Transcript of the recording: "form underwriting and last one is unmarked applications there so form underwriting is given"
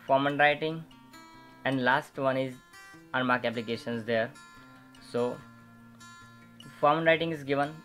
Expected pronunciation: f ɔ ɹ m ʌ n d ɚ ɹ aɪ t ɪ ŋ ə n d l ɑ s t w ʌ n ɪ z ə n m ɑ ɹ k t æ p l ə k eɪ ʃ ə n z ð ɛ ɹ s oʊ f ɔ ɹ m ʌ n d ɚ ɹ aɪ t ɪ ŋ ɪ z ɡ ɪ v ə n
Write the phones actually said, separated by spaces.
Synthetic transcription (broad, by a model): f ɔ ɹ m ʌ n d ɹ aɪ t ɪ ŋ ə n d l ɑ s t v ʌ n ɪ z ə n m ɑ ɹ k æ p l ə k eɪ ʃ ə n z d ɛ ɹ s oʊ f ɔ ɹ m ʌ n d ɹ aɪ t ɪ ŋ ɪ z ɡ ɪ v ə n